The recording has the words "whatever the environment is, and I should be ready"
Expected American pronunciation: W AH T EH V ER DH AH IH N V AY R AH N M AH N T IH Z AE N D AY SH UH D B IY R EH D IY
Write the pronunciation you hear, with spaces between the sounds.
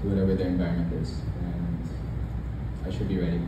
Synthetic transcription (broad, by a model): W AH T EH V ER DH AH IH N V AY AH M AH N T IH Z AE N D AY SH UH D B IY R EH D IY